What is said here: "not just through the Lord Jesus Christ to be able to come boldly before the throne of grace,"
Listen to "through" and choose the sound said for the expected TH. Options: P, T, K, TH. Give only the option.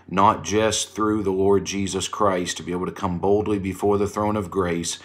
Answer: TH